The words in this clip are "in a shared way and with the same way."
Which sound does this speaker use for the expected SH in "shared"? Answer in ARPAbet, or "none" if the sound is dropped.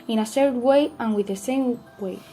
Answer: S